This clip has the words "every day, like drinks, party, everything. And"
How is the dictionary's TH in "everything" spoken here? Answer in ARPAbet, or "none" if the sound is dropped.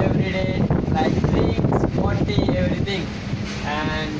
T